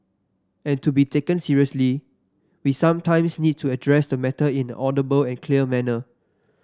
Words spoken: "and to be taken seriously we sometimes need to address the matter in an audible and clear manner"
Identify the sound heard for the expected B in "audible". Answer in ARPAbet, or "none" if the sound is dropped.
B